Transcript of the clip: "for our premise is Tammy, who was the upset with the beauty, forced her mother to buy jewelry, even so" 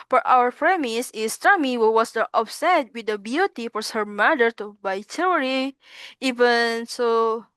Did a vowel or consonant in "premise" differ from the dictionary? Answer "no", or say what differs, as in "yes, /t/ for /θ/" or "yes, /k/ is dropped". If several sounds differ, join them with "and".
no